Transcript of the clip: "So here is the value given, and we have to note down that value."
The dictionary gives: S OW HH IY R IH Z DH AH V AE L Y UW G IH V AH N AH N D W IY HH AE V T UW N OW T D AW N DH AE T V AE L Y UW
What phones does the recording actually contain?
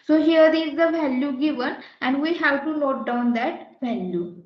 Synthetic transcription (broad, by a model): S OW HH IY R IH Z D AH V AE L Y UW G IH V AH N AH N D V IY HH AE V T UW L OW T D AW N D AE T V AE L Y UW